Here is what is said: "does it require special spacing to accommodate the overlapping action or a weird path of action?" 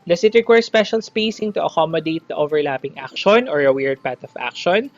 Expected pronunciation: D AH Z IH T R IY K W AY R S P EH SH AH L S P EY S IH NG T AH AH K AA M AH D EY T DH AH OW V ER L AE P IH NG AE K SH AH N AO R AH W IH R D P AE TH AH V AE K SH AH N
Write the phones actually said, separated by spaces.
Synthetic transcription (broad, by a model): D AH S IH T R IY K W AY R S P EH SH AH L S P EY S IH NG T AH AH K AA M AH D EY T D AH OW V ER L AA P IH NG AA K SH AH N AO R AH W IH R D P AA T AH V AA K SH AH N